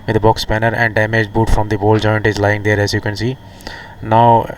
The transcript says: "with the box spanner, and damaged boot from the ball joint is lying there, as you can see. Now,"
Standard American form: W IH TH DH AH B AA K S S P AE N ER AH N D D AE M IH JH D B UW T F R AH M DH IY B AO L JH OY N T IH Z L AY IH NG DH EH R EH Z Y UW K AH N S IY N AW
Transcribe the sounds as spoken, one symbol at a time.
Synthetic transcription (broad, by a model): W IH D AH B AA K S S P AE N ER AH N D D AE M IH JH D B UW T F R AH M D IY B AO L JH OY N T IH Z L AY IH NG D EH R EH Z Y UW K AH N S IY N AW